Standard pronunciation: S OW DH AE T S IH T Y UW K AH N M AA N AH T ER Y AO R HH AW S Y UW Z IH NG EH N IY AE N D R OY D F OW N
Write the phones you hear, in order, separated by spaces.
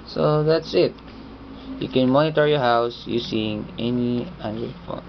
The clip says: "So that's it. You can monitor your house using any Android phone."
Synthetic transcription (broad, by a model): S OW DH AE T S IH T Y UW K AH N M AA N AH T ER Y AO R HH AW S Y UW S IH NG EH N IY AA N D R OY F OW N